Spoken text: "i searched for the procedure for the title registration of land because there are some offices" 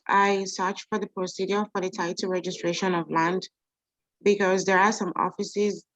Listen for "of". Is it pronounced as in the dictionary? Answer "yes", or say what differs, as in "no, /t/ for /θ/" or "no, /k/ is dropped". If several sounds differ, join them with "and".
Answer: yes